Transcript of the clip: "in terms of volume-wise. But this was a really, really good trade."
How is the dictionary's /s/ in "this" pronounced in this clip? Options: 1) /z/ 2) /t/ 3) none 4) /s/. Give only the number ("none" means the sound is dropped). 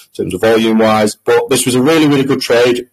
4